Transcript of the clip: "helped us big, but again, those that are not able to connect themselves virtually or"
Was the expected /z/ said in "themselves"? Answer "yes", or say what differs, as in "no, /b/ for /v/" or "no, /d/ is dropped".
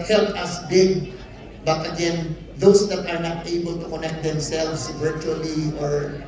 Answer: no, /s/ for /z/